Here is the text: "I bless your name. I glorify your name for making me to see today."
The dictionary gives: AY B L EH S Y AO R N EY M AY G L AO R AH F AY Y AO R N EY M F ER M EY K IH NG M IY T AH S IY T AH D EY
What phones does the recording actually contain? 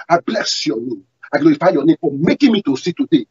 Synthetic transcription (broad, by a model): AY B L EH S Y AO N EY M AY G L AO AH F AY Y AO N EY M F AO M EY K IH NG M IY T AH S IY T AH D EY